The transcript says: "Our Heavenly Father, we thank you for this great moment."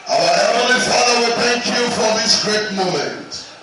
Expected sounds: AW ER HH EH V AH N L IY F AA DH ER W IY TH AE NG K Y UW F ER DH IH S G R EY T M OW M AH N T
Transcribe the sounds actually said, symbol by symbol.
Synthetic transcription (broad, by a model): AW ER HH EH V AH L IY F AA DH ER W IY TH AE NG K Y UW F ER DH IH S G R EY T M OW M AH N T